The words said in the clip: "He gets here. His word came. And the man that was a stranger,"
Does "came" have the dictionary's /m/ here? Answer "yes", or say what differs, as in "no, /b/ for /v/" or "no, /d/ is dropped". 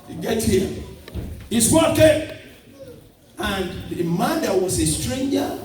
no, /m/ is dropped